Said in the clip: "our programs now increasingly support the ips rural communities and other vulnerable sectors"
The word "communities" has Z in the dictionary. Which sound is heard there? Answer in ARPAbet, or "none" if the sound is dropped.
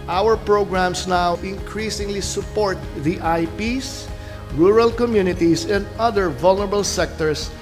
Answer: S